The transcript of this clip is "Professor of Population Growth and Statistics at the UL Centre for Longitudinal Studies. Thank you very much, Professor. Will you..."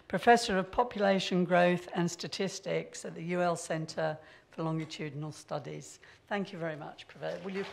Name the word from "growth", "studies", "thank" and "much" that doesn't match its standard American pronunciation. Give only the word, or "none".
none